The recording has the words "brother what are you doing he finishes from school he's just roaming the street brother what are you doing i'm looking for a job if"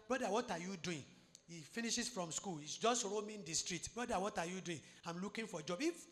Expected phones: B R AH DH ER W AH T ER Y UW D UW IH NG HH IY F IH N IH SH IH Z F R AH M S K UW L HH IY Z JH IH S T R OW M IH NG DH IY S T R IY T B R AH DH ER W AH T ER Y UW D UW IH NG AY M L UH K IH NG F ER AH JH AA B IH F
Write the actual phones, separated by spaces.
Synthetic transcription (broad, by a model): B R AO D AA W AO T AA Y UW D UW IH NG HH IY F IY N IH SH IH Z F R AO M S K UW L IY S JH IH S T R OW M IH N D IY S T R IY T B R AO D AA W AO T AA Y UW D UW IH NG AY M L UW K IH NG F AH JH AA B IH F